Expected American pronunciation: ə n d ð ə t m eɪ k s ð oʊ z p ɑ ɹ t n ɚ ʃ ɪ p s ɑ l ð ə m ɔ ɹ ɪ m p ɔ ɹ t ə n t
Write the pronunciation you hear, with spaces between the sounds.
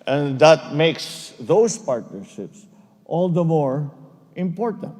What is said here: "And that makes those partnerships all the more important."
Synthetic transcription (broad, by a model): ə n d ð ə t m eɪ k s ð oʊ s p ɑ ɹ t n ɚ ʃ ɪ p s ɑ l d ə m ɔ ɹ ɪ m p ɔ ɹ t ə n t